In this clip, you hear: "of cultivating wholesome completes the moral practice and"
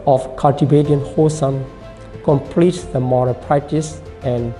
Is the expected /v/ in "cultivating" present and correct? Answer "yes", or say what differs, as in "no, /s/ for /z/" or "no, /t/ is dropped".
no, /b/ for /v/